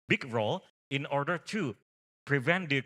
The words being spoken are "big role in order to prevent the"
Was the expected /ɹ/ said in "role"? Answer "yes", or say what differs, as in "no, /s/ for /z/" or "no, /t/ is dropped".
yes